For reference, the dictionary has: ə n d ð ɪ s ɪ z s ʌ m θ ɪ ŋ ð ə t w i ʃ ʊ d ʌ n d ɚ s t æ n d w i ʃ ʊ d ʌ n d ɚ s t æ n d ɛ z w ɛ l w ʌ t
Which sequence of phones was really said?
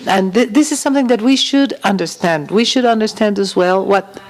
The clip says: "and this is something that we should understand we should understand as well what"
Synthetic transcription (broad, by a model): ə n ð ð ɪ s ɪ z s ʌ m θ ɪ ŋ ð ə t w i ʃ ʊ d ʌ n d ɚ s t æ n d w i ʃ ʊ d ʌ n d ɚ s t æ n d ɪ z w ɛ l w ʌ t